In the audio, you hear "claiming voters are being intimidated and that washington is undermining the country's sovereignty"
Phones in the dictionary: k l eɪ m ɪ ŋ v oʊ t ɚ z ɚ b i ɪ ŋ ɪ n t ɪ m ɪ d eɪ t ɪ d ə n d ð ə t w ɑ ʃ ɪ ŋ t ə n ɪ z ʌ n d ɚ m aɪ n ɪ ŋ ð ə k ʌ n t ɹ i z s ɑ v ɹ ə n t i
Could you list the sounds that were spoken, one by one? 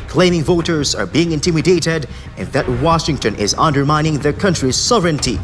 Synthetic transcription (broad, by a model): k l eɪ m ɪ ŋ v oʊ t ɚ z ɚ b i ɪ ŋ ɪ n t ɪ m ɪ d eɪ t ɪ d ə n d ð ə t w ɑ ʃ ɪ ŋ t ə n ɪ z ʌ n d ɚ m aɪ n ɪ ŋ ð ə k ʌ n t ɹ i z s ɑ v ɹ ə n t i